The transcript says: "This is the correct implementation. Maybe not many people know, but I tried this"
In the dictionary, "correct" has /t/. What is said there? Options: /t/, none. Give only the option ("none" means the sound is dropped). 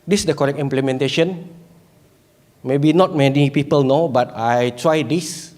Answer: none